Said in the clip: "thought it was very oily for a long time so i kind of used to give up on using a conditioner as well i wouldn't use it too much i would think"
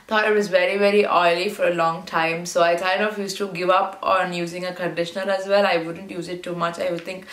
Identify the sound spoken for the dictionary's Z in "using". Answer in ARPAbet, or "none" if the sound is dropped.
Z